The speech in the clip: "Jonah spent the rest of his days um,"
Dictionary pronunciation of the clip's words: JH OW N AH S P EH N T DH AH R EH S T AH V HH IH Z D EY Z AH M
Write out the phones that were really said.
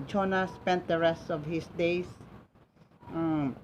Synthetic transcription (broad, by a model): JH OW N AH S P EH N T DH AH R EH S T AH V HH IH S D EY S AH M